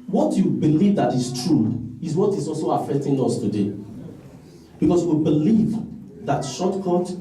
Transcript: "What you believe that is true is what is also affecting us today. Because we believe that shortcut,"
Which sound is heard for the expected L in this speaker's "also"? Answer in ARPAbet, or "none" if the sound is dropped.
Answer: L